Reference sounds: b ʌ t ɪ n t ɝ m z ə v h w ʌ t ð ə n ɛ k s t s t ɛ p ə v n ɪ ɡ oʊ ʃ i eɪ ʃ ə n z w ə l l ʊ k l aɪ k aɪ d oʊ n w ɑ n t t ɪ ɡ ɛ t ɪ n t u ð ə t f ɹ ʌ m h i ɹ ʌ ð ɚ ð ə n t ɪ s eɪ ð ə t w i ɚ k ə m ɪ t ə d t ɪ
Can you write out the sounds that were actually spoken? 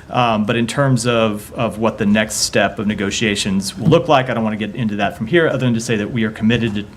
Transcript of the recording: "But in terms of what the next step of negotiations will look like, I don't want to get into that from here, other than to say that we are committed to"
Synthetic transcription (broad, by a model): b ʌ t ɪ n t ɝ m z ə v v w ʌ t ð ə n ɛ k s t s t ɛ p ə v n ɪ ɡ oʊ ʃ i eɪ ʃ ə n z w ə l l ʊ k l aɪ k aɪ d oʊ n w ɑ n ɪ ɡ ɛ t ɪ n t u ð ə t f ɹ ʌ m h i ɹ ʌ ð ɚ ð ə n t ɪ s eɪ ð ə t w i ɚ k ə m ɪ t ə d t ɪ